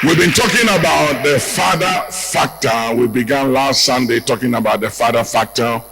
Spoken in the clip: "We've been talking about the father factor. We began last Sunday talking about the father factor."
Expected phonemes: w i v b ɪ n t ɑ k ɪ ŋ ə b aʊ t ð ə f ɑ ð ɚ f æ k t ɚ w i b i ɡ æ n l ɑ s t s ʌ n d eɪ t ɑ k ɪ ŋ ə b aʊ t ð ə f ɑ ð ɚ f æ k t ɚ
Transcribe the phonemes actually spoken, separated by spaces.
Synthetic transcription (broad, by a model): w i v b ɪ n t ɑ k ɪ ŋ ə b aʊ t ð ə f ɑ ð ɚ f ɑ k t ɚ w i b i ɡ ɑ n l ɑ s t s ʌ n d eɪ t ɑ k ɪ ŋ ə b aʊ t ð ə f ɑ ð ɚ f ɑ k t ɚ